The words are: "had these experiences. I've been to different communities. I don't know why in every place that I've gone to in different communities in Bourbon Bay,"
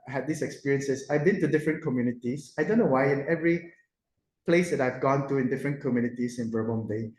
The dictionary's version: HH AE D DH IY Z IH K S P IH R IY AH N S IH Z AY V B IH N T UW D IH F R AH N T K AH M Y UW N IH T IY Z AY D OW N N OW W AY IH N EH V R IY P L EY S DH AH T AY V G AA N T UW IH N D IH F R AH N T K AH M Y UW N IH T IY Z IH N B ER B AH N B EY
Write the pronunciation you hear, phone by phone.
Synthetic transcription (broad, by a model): HH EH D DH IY S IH K S P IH R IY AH N S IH S AY V B IH N T UW D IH F R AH N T K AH M Y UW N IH T IY S AY D OW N N OW W AY IH N EH V R IY P L EY S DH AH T AY V G AA N T UW IH N D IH F R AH N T K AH M Y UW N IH T IY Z IH N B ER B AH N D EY